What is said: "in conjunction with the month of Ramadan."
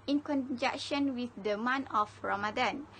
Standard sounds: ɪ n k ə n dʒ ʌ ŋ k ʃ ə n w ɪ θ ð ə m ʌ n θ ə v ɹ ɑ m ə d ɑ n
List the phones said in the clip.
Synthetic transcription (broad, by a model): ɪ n k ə n dʒ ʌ k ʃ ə n w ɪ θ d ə m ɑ n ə f ɹ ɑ m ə d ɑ n